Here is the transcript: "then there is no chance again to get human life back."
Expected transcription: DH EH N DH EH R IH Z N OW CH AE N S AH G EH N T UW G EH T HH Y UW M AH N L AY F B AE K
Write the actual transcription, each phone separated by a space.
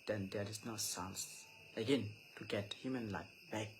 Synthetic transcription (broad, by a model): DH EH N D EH R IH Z N OW S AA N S AH G EH N T UW G EH T HH Y UW M AH N L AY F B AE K